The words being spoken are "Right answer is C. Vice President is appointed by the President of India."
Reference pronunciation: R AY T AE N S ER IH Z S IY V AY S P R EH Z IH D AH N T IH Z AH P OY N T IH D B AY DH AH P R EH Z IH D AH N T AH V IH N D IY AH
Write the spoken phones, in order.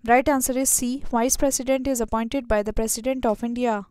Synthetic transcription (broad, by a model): R AY T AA N S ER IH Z S IY V AY S P R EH S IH D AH N T IH Z AH P OY N T IH D B AY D AH P R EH S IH D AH N T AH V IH N D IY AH